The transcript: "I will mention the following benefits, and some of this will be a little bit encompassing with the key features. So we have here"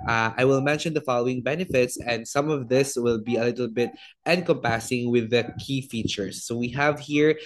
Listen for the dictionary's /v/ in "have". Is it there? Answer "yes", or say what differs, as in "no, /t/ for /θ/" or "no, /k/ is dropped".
yes